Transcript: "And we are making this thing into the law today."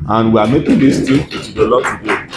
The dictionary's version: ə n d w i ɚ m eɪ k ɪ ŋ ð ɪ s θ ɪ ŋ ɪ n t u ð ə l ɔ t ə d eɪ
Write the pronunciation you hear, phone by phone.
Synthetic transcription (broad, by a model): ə n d w i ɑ m eɪ k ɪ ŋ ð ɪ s t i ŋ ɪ t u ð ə l ɔ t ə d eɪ